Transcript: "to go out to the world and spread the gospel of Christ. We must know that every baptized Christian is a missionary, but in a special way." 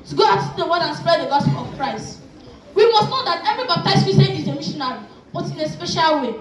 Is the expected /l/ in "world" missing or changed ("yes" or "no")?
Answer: yes